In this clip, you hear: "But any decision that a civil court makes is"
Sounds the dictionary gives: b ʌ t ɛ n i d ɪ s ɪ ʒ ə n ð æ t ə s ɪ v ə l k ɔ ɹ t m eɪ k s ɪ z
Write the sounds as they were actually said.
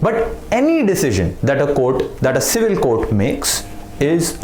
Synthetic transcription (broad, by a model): b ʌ t ɛ n i d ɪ s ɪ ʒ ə n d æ t ə s ɪ v ə l k ɔ ɹ t m eɪ k s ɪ z